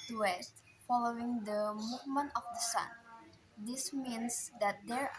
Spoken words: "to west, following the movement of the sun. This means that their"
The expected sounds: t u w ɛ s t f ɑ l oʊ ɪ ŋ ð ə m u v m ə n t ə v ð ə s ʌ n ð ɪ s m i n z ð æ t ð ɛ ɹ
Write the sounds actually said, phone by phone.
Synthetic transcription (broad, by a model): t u w ɛ s t f ɑ l oʊ ɪ ŋ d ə m u v m ə n t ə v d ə s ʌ n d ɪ s m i n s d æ t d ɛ ɹ